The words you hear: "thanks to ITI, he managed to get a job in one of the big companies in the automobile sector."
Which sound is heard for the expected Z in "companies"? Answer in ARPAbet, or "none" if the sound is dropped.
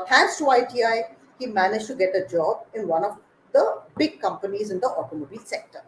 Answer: Z